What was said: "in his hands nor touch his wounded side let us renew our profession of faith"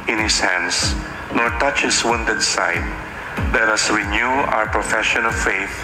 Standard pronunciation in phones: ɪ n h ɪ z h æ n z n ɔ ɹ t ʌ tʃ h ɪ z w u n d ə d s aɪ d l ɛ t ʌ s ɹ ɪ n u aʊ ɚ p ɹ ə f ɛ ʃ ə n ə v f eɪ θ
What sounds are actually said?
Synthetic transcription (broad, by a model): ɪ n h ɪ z h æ n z n ɔ ɹ t ʌ tʃ h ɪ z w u n d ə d s aɪ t l ɛ t ʌ s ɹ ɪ n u aʊ ɚ p ɹ ə f ɛ ʃ ə n ə v f eɪ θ